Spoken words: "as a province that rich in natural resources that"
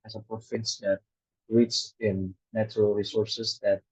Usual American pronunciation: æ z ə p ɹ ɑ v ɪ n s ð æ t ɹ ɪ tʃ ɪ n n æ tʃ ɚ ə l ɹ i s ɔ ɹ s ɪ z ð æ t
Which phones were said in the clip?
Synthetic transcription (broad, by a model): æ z ə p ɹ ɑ f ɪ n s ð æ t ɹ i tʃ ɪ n n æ tʃ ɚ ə l ɹ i s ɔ ɹ s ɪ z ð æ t